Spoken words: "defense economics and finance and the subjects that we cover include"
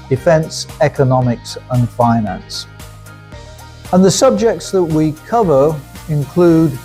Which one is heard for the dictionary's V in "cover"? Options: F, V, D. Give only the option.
V